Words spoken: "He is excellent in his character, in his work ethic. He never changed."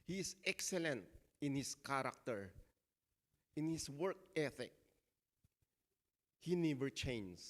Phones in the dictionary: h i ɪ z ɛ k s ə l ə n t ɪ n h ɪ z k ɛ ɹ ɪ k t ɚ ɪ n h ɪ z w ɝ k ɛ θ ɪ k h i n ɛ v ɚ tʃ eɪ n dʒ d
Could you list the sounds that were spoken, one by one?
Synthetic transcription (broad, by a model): h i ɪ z ɛ k s ə l ə n t ɪ n h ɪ s k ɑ ɹ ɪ k t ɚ ɪ n h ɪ s w ɝ k ɛ θ ɪ k h i n ɛ v ɚ tʃ eɪ n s